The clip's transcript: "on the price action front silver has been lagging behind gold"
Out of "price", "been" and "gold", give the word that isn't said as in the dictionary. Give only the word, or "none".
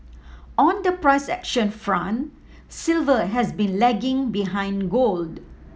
none